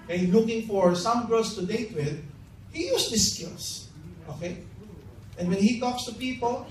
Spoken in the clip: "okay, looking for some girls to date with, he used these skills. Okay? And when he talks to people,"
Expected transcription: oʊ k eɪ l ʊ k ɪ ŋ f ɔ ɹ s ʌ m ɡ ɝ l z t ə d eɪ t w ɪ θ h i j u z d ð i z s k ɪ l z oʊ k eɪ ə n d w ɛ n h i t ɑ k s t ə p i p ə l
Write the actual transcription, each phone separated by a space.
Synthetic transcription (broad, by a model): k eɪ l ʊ k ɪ ŋ f ɔ ɹ s ʌ m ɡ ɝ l s t ə d eɪ t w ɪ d h i j u s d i s k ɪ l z oʊ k eɪ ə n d w ɛ n h i t ɑ k s t ə p i p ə l